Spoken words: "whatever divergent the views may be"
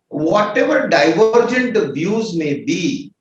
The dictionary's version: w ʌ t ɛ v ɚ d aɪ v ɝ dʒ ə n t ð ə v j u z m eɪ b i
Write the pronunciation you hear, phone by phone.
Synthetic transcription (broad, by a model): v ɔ t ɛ v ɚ d aɪ v ɝ dʒ ə n t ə b j u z m eɪ b i